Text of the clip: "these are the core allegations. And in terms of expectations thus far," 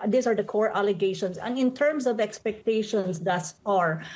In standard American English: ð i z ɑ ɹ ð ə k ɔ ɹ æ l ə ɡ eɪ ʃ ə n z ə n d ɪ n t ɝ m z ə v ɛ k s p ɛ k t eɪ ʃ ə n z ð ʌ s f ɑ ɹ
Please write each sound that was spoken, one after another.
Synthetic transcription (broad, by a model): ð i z ɑ ɹ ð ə k ɔ ɹ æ l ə ɡ eɪ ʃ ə n s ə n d ɪ n t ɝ m s ə v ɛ k s p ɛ k t eɪ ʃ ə n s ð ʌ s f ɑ ɹ